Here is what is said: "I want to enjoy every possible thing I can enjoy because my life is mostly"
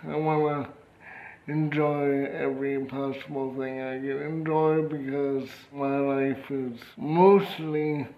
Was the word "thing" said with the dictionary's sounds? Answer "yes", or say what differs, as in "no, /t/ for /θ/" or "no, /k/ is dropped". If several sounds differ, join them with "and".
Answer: yes